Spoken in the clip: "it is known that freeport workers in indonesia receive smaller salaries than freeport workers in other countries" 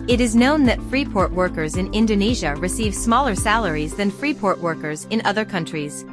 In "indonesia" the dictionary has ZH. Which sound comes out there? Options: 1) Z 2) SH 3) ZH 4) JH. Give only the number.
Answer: 3